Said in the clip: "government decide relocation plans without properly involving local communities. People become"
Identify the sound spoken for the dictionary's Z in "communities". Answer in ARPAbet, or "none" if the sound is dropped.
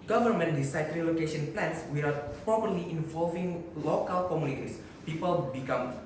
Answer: S